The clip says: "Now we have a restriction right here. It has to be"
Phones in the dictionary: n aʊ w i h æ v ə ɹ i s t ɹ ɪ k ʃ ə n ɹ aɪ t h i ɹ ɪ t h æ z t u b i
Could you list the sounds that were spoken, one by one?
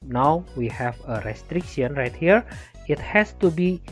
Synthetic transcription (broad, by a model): n aʊ w i h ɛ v ə ɹ i s t ɹ ɪ k ʃ ə n ɹ aɪ t h i ɹ ɪ t h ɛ s t u b i